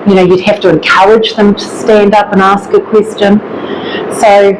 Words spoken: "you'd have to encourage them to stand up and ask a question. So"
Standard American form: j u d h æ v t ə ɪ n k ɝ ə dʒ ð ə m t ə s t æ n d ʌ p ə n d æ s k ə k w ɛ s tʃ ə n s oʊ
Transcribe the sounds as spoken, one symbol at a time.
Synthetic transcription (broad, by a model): j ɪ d h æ f t ə ɪ n k ɝ ə dʒ ð ə m t ə s t æ n d ʌ p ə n æ s k ə k w ɛ s tʃ ə n s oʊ